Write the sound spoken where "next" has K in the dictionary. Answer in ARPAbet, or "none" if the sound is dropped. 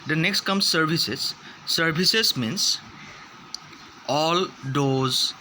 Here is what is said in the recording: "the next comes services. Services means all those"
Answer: K